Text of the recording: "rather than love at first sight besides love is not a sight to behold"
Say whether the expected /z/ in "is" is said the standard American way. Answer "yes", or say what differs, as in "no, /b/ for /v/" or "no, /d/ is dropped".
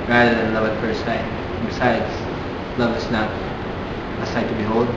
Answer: no, /s/ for /z/